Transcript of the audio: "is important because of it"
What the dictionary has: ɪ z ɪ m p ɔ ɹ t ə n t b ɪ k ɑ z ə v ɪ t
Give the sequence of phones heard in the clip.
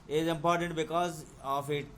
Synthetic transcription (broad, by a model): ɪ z ɪ m p ɔ ɹ t ə n t b ɪ k ɑ z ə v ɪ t